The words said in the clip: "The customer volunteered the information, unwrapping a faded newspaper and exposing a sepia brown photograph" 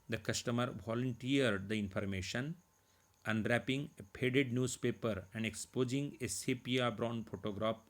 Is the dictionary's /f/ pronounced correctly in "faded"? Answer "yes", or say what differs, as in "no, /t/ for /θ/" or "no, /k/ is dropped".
no, /p/ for /f/